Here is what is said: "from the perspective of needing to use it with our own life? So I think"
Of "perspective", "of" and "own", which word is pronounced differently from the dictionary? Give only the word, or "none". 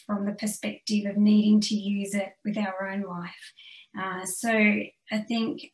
none